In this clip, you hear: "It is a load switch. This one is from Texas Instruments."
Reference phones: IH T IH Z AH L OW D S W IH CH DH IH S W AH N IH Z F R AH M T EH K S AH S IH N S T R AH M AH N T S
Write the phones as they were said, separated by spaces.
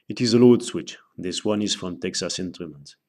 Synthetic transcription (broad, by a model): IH T IH Z AH L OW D S W IH CH DH IH S W AH N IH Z F R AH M T EH K S AH S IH N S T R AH M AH N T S